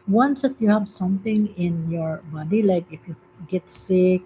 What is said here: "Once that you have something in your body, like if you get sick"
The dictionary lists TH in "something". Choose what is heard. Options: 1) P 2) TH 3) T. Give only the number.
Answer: 3